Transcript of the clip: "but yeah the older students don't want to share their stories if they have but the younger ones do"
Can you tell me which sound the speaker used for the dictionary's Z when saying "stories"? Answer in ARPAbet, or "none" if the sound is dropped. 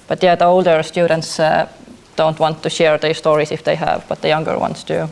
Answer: S